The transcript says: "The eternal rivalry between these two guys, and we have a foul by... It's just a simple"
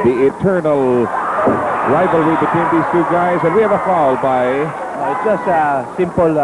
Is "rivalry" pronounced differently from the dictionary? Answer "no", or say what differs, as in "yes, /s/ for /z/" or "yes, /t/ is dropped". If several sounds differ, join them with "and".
no